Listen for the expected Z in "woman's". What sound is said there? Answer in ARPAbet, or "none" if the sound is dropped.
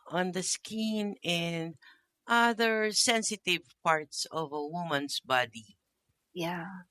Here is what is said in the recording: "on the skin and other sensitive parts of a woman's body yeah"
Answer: S